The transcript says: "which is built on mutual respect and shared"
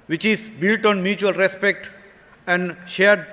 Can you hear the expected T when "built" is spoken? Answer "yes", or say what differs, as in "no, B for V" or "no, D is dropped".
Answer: yes